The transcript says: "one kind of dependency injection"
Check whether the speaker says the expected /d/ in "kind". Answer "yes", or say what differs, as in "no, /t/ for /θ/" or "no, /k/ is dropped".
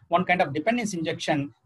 yes